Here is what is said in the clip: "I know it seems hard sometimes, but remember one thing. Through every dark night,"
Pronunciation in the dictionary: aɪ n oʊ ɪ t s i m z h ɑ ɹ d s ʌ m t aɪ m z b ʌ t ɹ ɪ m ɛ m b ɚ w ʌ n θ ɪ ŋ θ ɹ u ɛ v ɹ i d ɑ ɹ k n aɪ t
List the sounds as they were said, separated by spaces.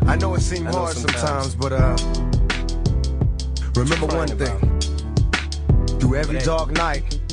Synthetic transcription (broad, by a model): aɪ n oʊ ɪ t s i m h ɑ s s ʌ m t aɪ m z b ʌ t ɹ ɪ m ɛ m b ɚ w ʌ n θ ɪ ŋ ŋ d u ɛ v ɹ i d ɑ ɹ k n aɪ t